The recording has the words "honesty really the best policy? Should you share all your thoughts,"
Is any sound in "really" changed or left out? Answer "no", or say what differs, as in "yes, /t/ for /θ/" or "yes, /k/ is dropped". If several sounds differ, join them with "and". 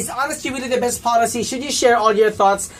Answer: yes, /w/ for /ɹ/